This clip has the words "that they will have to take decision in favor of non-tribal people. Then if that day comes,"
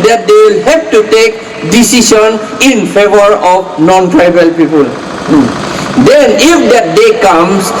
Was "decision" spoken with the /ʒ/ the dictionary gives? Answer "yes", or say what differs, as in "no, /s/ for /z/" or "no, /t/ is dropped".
no, /s/ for /ʒ/